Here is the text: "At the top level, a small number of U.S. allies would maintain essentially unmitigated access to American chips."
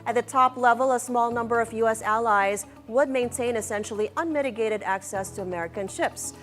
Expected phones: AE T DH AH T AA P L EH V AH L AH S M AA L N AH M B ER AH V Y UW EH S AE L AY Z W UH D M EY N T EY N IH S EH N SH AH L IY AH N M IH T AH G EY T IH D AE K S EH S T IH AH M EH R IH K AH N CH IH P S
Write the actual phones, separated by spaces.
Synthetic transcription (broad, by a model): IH T DH AH T AA P L EH V AH L AH S M AA L N AH M B ER AH V Y UW EH S AE L AY Z W UH D M EY N T EY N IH S EH N SH L IY AH N M IH T AH G EY T IH D AE K S EH S T IH AH M EH R IH K AH N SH IH P S